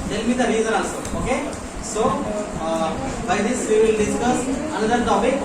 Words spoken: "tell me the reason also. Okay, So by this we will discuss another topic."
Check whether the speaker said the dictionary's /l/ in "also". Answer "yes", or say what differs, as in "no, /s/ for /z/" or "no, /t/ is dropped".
no, /l/ is dropped